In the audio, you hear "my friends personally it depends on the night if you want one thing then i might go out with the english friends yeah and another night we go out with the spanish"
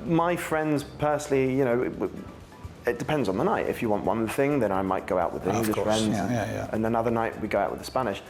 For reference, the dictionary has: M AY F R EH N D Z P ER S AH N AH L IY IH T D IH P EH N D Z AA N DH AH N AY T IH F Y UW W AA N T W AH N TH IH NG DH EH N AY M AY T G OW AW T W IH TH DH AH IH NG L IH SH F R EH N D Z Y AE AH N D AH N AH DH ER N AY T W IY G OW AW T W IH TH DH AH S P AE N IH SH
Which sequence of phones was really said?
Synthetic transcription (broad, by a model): M AY F R EH N D Z P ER S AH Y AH N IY IH T D IH P EH N D Z N DH AH N AY T IH F Y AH W AA N T W AH N TH IH NG DH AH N AY M AY T G OW AW T W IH DH AH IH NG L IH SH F R EH N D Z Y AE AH N AH N AH DH ER N AY T W IY G OW AW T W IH DH AH S P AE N IH SH